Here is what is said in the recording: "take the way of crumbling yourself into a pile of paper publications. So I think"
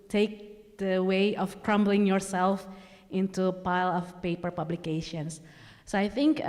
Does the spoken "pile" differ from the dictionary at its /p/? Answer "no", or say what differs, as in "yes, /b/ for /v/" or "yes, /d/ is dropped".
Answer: no